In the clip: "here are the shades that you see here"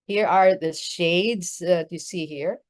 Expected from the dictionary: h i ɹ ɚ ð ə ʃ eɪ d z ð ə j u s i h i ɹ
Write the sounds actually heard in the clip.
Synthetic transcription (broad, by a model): h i ɹ ɚ ð ə ʃ eɪ d z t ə s i h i ɹ